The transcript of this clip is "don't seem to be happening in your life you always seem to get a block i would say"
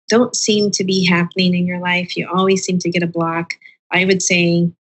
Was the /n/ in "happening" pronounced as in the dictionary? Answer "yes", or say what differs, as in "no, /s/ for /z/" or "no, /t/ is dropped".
yes